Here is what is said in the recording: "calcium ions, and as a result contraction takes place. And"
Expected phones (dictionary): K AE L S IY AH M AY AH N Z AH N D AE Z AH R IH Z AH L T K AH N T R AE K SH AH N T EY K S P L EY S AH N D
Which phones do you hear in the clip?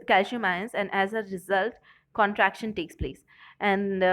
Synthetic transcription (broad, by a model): K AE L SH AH M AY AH N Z AH N D AE Z AH R IH Z AH L T K AH N T R AE K SH AH N T EY K S P L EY S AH N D